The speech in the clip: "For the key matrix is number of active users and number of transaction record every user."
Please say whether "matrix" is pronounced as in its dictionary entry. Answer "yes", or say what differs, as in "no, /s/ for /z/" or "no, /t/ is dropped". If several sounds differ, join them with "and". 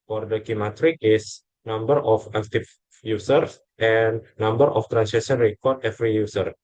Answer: no, /s/ is dropped